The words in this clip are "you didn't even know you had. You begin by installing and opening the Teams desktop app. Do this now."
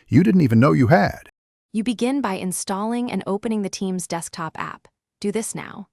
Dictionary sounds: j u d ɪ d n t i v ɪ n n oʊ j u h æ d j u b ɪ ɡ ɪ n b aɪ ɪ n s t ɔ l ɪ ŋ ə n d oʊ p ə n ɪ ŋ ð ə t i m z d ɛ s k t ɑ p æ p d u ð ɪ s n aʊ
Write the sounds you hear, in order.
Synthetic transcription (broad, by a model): j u d ɪ d n t i v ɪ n n oʊ j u h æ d j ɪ b ɪ ɡ ɪ n b aɪ ɪ n s t ɔ l ɪ ŋ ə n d oʊ p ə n ɪ ŋ ð ə t i m z d ɛ s k t ɑ p æ p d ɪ ð ɪ s n aʊ